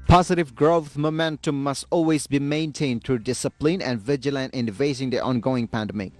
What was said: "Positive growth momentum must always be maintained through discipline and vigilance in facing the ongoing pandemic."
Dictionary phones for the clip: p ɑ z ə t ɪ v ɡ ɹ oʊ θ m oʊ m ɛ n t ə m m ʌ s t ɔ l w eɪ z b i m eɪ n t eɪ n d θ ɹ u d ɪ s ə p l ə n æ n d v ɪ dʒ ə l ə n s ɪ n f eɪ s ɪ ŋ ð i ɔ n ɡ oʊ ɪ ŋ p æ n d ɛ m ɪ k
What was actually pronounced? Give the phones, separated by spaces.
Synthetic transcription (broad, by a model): p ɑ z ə t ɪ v ɡ ɹ oʊ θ m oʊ m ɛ n t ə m m ʌ s t ɔ l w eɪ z b i m eɪ n t eɪ n d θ ɹ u d ɪ s ə p l ə n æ n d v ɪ dʒ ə l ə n ɪ n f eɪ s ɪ ŋ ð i ɔ n ɡ oʊ ɪ ŋ p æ n d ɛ m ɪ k